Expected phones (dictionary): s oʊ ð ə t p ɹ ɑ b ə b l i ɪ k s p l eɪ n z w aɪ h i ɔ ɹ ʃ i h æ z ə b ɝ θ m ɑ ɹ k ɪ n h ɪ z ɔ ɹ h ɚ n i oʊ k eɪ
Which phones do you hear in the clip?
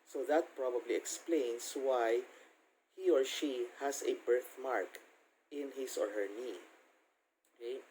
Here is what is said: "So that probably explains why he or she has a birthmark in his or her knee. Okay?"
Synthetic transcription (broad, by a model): s oʊ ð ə t p ɹ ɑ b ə b l i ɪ k s p l eɪ n s w aɪ h i ɔ ɹ ʃ i h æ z ə b ɝ θ m ɑ ɹ k ɪ n h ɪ s ɔ ɹ h ɚ n i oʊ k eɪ